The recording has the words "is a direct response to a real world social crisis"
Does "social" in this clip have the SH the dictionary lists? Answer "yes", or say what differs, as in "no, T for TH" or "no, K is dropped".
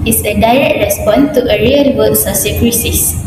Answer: no, S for SH